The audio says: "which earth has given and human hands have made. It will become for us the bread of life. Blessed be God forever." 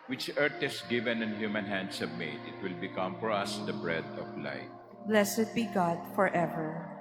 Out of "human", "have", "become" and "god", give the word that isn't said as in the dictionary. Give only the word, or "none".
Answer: have